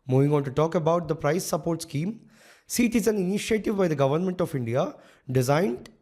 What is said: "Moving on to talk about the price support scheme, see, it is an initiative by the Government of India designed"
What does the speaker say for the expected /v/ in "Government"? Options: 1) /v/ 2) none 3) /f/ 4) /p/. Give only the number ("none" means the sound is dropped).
1